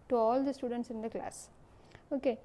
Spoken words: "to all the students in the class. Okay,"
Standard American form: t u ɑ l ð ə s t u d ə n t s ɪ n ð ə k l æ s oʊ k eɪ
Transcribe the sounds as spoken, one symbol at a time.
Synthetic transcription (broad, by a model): t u ɑ l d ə s t u d ə n t s ɪ n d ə k l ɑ s oʊ k eɪ